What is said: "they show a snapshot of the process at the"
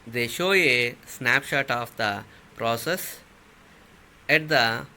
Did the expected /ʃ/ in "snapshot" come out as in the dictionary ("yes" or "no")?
yes